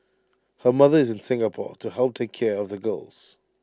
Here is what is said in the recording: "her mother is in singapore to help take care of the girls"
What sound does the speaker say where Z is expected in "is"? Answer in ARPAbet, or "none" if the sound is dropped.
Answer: Z